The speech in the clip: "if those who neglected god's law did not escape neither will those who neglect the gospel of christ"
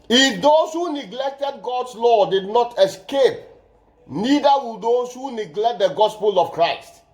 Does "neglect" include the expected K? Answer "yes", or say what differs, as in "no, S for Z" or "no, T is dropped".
yes